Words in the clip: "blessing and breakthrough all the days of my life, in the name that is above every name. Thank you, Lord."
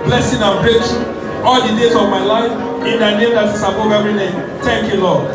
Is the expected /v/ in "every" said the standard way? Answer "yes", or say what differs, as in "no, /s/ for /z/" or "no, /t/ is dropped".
no, /v/ is dropped